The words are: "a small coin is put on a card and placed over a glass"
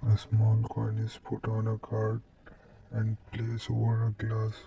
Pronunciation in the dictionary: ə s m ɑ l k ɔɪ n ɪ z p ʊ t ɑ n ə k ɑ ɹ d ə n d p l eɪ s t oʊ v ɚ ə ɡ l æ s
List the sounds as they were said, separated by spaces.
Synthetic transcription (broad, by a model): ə s m ɑ l k ɔɪ n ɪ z p ʊ t ɑ n ə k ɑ ɹ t ə n d p l eɪ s oʊ v ɚ ə ɡ l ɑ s